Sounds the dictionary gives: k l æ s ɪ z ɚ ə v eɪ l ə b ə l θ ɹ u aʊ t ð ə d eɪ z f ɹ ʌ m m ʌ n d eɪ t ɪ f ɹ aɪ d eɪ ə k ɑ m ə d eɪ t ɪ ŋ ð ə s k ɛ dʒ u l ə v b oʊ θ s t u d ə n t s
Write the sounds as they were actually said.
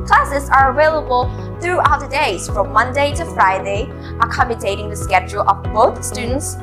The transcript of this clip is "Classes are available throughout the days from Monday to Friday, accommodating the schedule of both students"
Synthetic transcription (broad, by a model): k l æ s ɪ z ɚ ə v eɪ l ə b ə l θ ɹ u aʊ t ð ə d eɪ z f ɹ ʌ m m ʌ n d eɪ t ɪ f ɹ aɪ d eɪ ə k ɑ m ə d eɪ t ɪ ŋ ð ə s k ɛ dʒ u l ə v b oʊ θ s t u d n t s